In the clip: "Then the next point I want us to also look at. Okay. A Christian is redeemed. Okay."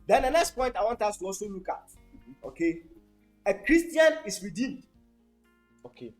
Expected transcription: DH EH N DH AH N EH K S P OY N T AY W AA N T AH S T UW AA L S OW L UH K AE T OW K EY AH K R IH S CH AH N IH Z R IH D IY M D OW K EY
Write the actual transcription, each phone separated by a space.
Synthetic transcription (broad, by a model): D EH N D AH N EH K S P OY N T AY W AA N T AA S T UW AA L S OW L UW K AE T OW K EY AH K R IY S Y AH N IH S R IH D IY M D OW K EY